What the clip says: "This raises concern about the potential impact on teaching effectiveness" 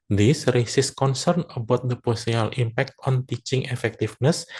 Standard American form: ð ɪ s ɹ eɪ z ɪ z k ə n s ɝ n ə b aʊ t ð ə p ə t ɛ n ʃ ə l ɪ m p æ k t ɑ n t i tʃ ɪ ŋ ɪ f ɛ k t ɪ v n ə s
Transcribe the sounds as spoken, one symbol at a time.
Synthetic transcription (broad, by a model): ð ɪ s ɹ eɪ s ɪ s k ə n s ɝ n ə b aʊ t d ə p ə s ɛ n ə l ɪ m p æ k t ɑ n t i tʃ ɪ ŋ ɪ f ɛ k t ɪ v n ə s